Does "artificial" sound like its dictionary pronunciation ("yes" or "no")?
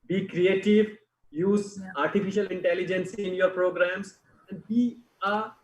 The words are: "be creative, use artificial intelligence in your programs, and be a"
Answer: yes